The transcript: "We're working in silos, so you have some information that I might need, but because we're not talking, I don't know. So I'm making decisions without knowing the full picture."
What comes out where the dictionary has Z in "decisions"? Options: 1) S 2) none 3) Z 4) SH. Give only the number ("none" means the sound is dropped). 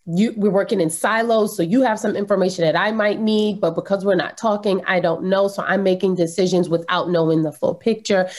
3